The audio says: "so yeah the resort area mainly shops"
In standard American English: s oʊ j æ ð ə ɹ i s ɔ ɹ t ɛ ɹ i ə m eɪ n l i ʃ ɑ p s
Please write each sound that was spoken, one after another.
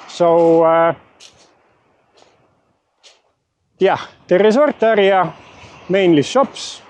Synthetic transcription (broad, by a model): s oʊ j æ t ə ɹ i s ɔ ɹ t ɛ ɹ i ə m eɪ n l i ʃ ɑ p s